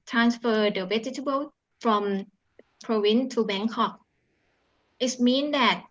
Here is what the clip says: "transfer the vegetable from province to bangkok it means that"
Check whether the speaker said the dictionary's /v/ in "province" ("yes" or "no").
no